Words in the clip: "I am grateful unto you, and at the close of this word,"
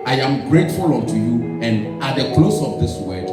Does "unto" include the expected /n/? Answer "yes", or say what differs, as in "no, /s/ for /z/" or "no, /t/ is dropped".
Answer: no, /n/ is dropped